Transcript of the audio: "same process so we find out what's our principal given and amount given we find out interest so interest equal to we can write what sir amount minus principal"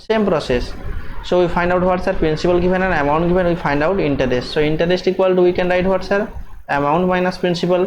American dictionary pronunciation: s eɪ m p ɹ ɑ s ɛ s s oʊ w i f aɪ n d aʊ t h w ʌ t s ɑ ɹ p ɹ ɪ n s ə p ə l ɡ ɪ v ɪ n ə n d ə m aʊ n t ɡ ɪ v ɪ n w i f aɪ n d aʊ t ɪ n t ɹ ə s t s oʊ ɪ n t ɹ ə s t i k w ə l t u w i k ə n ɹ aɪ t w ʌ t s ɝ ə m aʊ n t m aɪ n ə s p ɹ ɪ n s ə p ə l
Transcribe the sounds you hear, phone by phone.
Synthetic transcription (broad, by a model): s eɪ m p ɹ ɑ s ɛ s s oʊ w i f aɪ n d aʊ t h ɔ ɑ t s ɑ ɹ p ɹ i n s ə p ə l ɡ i b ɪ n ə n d ə m aʊ n t ɡ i b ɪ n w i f aɪ n d aʊ t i n t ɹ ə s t s oʊ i n t ɹ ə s t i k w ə l t u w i k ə n ɹ aɪ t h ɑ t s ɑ ə m aʊ n t m aɪ n ə s p ɹ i n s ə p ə l